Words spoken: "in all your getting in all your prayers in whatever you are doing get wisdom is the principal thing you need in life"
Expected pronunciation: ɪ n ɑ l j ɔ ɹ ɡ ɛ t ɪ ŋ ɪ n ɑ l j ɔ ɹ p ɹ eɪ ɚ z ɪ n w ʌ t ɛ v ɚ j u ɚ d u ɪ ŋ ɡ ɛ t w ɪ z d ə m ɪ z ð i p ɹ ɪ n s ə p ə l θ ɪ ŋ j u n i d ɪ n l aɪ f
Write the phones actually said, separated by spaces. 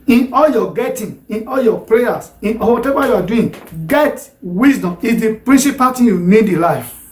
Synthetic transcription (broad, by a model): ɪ n ɑ l j ɔ ɡ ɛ t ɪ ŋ ɪ n ɑ l j ɔ p ɹ eɪ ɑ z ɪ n w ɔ t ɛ v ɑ j u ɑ d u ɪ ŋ ɡ ɛ t w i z d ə m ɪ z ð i p ɹ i n s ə p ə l t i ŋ j u n i d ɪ l aɪ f